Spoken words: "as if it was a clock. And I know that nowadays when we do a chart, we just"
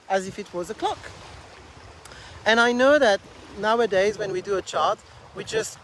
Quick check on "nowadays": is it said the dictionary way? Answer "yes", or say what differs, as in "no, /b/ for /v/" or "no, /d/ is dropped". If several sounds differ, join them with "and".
yes